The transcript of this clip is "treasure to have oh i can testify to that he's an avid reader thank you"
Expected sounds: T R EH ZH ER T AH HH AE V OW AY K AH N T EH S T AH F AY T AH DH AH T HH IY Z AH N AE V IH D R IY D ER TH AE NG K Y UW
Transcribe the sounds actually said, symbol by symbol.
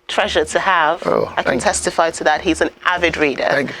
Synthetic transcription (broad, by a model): T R EH ZH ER T AH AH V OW AY K AH N T EH S T AH F AY T AH DH AH T HH IY Z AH N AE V IH D R IY D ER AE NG